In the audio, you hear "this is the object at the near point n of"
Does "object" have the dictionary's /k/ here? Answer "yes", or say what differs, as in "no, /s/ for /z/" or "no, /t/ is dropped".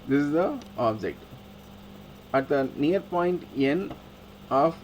yes